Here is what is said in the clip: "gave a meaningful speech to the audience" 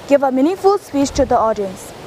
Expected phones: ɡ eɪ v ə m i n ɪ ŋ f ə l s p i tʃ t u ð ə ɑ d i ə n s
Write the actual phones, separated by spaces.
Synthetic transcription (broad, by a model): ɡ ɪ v ə m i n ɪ f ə l s p i tʃ t u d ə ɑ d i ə n s